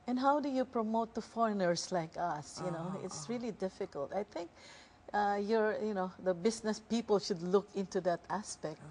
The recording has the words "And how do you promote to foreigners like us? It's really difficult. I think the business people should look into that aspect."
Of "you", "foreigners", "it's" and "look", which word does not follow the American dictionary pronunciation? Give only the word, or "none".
foreigners